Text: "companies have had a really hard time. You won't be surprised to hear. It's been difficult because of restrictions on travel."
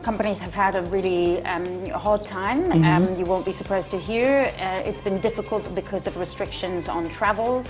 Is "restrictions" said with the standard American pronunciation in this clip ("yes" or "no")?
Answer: yes